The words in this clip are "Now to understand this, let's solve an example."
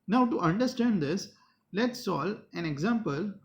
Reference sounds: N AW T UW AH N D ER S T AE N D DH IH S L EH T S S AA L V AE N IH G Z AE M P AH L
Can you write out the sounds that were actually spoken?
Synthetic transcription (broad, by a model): N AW T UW AH N D ER S T AE N D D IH S L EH T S S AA L AE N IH G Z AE M P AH L